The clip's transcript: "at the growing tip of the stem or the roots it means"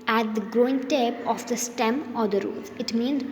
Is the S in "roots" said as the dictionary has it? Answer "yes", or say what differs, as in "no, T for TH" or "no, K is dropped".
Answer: no, S is dropped